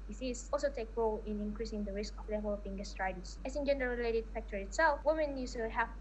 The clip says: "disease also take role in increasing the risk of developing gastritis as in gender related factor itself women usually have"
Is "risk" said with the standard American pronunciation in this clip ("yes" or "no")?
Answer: yes